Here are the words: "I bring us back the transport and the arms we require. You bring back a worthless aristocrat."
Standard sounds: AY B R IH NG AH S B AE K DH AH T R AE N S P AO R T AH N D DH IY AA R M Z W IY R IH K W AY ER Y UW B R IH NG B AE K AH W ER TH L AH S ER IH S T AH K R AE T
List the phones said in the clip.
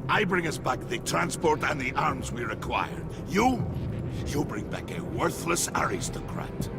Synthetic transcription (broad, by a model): AY B R IH NG AH S B AE K DH AH T R AE N S P AO R T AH N DH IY AA R M Z W IY R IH K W AY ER Y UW B R IH NG B AE K AH W ER TH L AH S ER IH S T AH K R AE T